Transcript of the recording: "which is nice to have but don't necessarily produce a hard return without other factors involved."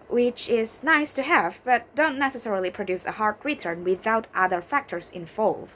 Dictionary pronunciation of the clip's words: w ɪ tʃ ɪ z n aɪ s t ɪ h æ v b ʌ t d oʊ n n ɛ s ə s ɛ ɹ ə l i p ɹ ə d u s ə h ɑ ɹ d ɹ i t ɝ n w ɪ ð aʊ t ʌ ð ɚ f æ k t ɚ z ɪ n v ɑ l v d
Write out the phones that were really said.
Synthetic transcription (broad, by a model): w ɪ tʃ ɪ z n aɪ s t ɪ h æ v b ʌ t d oʊ n n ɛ s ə s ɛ ɹ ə l i p ɹ ə d u s ə h ɑ ɹ d ɹ i t ɝ n w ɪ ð aʊ t ʌ ð ɚ f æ k t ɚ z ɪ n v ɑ l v